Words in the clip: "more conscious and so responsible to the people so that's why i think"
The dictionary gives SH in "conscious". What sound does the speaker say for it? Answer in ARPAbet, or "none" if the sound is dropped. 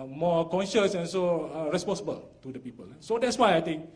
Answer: SH